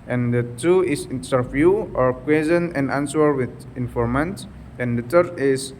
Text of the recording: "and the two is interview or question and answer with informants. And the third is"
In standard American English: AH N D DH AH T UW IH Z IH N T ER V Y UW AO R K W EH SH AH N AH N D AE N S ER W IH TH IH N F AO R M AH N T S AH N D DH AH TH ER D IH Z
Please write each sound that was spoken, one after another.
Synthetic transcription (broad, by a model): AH N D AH T UW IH S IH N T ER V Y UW AO R K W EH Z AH N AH N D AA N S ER W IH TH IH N F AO R M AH N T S AH N D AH T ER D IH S